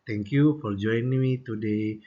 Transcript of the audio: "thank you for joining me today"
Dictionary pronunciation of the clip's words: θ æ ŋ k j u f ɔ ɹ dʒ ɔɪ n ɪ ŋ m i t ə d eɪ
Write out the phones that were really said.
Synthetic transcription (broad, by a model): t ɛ ŋ k j u f ɔ ɹ dʒ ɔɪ ɪ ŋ m i t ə d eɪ